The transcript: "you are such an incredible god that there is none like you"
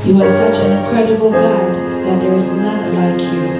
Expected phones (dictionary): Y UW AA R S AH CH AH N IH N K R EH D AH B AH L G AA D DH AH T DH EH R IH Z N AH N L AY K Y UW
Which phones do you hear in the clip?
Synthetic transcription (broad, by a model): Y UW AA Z S AH CH AH N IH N K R EH D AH B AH L G AA D DH AH T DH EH W IH Z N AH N L AY K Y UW